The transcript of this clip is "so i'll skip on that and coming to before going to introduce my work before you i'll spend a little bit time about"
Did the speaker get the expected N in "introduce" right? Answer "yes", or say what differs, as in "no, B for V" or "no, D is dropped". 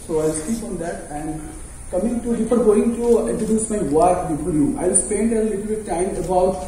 no, N is dropped